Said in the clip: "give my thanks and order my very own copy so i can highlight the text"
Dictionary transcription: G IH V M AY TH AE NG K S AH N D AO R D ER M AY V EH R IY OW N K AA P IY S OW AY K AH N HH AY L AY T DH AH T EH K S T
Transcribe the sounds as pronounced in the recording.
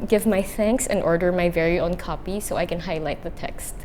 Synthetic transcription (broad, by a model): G IH V M AY TH AE NG K S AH N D AO R D ER M AY V EH R IY OW N K AA P IY S OW AY K AH N HH AY L AY T DH AH T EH K S T